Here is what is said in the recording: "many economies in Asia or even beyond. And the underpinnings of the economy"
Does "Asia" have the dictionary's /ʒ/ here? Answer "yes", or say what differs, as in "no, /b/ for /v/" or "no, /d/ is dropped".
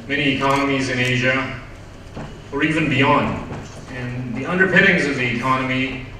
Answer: yes